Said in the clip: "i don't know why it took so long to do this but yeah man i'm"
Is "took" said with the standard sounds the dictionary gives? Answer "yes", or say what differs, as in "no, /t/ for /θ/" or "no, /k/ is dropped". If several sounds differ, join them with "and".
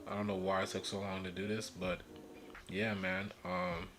no, /s/ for /t/